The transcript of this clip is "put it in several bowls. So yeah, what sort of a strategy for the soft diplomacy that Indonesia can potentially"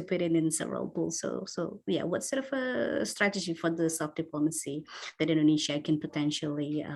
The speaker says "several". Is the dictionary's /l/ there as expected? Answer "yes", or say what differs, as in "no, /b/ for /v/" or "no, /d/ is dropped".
yes